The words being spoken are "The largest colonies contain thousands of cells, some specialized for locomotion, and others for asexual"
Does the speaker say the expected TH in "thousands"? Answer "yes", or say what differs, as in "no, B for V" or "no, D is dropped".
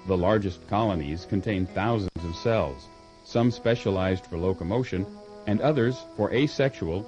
yes